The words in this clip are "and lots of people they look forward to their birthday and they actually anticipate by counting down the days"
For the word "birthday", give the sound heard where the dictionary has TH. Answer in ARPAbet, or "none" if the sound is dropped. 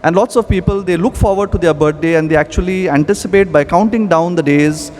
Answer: T